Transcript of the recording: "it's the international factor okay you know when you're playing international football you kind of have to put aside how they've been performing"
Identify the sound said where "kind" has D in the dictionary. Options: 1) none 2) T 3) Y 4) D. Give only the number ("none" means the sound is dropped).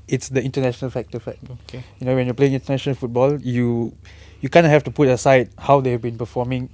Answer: 1